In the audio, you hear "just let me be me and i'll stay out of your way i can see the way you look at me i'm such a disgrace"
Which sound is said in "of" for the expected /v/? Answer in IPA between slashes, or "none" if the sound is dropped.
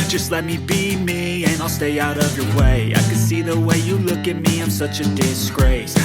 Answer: /v/